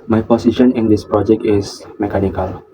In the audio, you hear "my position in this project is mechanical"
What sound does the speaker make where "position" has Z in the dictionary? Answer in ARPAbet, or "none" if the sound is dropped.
S